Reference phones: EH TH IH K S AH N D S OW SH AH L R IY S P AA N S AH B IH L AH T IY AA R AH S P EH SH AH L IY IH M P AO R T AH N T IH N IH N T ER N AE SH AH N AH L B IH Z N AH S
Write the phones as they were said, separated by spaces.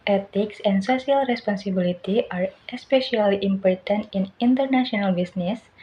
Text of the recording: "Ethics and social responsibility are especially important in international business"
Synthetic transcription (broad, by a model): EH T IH K S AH N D S OW S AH L R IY S P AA N S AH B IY L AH T IY AA R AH S P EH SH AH L IY IH M P AO R T AH N T IH N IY N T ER N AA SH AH N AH L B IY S N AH S